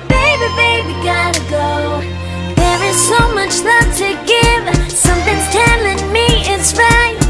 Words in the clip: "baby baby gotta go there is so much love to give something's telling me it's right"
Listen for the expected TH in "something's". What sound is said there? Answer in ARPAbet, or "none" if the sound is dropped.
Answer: TH